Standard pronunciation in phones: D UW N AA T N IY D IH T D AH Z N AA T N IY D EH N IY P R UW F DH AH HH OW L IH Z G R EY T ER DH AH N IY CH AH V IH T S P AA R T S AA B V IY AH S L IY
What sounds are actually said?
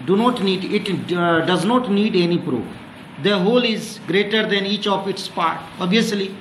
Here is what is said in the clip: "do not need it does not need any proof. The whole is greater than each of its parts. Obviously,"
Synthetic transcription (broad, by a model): D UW N AA T N IY D IH T D AH Z N AA T N IY D EH N IY P R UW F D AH HH OW L IH Z G R EY T ER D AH N IY CH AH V IH T S P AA R T AA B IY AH S L IY